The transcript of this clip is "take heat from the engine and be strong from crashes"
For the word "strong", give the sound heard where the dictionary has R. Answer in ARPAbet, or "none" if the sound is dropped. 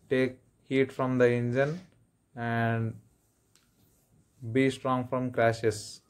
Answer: R